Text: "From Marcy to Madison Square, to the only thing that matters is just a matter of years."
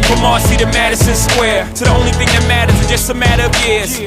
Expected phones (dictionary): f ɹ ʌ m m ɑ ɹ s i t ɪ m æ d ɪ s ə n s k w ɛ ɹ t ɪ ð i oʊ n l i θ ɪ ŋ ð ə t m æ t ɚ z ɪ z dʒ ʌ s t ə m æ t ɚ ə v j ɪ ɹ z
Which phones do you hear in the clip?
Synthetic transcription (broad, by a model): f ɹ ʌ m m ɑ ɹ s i t ɪ m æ d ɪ s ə n s k w ɛ ɹ t ɪ ð i oʊ n l i θ ɪ ŋ ð ə t m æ t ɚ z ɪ dʒ ʌ s t ə m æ t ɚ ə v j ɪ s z